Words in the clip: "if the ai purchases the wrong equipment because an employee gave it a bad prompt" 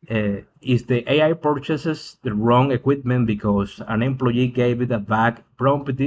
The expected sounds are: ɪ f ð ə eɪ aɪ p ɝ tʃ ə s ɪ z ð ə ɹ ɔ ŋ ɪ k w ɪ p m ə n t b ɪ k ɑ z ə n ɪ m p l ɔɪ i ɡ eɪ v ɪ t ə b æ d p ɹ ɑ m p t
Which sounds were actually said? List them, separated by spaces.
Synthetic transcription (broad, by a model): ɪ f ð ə eɪ aɪ p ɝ tʃ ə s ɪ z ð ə ɹ ɔ ŋ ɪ k w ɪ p m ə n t b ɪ k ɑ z ə n ɪ m p l ɔɪ i ɡ eɪ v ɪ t ə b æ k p ɹ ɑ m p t